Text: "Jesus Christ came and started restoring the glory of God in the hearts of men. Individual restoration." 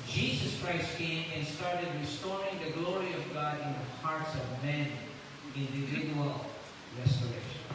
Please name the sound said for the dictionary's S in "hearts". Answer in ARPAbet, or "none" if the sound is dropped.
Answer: S